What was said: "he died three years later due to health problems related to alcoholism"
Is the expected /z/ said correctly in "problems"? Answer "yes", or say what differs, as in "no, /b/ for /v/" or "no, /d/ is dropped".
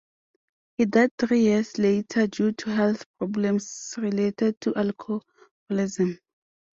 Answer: no, /s/ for /z/